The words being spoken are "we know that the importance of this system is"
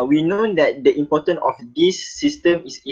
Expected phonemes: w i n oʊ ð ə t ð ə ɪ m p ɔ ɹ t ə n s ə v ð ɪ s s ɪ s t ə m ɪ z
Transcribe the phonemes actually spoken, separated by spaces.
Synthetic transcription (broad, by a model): w i n oʊ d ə t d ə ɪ m p ɔ t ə n ə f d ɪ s s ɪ s t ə m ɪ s